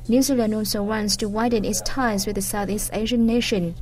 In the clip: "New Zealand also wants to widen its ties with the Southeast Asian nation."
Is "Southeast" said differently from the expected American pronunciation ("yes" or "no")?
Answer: no